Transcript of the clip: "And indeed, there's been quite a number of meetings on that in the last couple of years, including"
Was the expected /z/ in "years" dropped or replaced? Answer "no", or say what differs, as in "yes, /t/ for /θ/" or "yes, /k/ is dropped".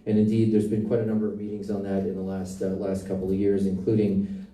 no